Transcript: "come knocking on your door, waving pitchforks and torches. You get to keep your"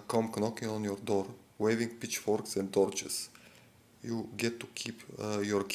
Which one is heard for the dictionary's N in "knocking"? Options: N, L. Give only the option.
N